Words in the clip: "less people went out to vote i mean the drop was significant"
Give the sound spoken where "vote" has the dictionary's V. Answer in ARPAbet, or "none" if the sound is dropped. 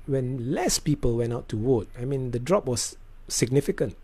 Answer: W